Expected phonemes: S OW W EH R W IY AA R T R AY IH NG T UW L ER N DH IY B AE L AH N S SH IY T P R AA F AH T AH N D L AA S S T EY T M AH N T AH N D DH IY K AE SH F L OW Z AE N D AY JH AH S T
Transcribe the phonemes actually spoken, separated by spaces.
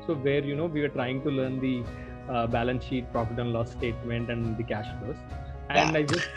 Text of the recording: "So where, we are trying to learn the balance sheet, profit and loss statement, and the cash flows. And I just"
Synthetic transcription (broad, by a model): S OW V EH R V IY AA R T R AY IH NG T UW L ER N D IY B AE L AH N S SH IY T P R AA P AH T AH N L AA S S T EY T M AH N T AH N D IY K AE SH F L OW S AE N D AY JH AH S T